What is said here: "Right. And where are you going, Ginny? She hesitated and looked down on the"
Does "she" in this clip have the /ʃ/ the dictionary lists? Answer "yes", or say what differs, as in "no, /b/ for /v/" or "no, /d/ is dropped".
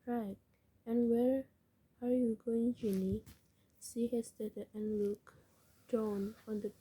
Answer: no, /s/ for /ʃ/